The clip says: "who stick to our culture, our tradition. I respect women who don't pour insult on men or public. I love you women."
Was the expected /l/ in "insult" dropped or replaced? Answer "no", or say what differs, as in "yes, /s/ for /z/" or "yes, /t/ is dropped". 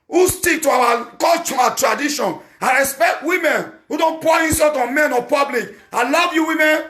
yes, /l/ is dropped